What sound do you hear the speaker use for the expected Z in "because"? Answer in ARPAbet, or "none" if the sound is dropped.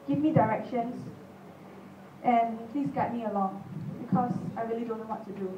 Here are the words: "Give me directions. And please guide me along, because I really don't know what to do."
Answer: S